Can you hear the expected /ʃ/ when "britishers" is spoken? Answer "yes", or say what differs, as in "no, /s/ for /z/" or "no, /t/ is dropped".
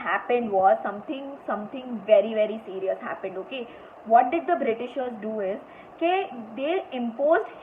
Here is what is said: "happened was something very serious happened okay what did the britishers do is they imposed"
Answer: yes